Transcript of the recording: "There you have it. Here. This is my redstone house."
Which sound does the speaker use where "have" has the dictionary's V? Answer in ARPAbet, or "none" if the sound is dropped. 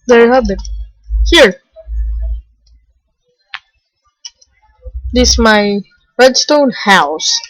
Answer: B